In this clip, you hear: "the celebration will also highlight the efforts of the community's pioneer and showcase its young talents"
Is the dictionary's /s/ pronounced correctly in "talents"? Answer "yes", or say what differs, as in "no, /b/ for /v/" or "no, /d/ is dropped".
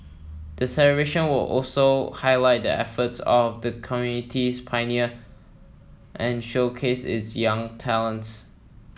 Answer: yes